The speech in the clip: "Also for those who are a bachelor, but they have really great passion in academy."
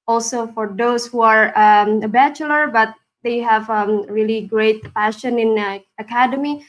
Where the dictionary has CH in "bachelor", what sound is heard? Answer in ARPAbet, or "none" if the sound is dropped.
CH